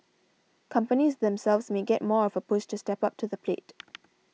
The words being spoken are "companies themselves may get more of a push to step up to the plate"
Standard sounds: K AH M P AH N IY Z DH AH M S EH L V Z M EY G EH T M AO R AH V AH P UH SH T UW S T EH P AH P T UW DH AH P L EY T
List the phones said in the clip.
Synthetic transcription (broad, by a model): K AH M P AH N IY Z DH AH M S EH L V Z M EY G EH T M AO R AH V AH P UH S T UW S T EH P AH P T UW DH AH P L EY T